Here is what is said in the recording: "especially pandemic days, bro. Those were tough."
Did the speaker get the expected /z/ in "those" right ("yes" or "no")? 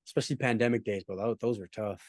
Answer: yes